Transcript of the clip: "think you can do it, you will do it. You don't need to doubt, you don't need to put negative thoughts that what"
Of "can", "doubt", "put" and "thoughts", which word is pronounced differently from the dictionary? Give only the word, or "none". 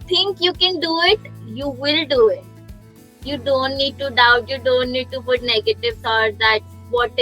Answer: thoughts